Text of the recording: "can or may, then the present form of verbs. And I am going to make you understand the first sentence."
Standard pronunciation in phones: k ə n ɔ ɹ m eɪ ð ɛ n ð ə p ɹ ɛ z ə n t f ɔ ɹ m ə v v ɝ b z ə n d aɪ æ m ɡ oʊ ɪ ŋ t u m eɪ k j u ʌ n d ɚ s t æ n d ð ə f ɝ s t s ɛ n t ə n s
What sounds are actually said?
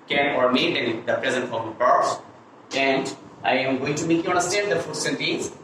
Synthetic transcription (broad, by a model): k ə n ɔ ɹ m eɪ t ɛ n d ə p ɹ ɛ z ə n t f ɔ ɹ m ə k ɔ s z ə n d aɪ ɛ m ɡ oʊ ɪ ŋ t u m eɪ k j u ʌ n d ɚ s t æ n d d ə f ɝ t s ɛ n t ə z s